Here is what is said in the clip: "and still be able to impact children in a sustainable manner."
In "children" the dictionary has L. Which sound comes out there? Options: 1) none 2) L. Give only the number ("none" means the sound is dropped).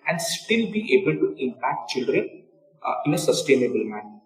2